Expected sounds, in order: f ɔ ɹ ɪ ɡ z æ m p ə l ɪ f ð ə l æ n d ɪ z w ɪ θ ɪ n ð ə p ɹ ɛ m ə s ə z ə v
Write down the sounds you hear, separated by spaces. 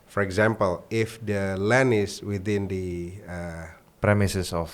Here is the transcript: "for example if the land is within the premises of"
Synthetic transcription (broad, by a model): f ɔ ɹ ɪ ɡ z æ m p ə l ɪ f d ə l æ n ɪ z w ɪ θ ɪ n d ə p ɹ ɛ m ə s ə s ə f